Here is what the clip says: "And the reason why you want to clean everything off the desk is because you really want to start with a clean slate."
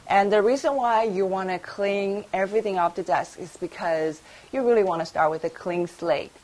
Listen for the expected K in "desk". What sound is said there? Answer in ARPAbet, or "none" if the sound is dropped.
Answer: K